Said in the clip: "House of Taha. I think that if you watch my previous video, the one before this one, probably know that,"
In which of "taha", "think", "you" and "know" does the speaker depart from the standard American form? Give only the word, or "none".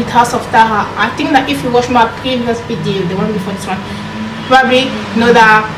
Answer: think